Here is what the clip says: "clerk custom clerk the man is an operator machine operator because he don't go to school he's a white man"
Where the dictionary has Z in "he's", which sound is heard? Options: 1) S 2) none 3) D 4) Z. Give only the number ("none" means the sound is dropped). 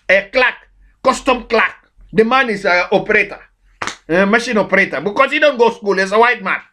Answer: 1